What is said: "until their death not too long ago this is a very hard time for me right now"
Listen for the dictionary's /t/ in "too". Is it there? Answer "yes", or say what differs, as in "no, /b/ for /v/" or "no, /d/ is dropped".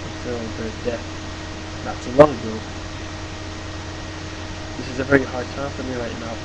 no, /s/ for /t/